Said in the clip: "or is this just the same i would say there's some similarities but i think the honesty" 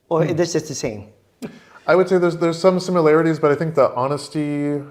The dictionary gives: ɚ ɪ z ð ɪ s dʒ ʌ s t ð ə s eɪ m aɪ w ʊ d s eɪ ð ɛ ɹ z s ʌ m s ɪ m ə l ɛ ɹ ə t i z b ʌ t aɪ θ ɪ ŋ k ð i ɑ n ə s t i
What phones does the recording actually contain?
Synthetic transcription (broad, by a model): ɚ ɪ ð ɪ s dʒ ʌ s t ð ə s eɪ m aɪ w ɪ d s eɪ ð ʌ ɹ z s ʌ m s ɪ m ə l ɛ ɹ ə t i z b ʌ t aɪ θ ɪ ŋ k ð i ɑ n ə s t i